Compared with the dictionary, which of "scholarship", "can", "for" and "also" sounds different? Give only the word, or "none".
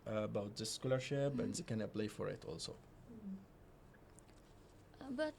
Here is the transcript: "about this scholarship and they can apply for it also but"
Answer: scholarship